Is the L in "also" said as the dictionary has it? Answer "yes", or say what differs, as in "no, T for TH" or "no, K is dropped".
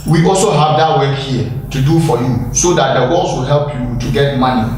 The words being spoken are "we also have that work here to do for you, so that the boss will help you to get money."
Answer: yes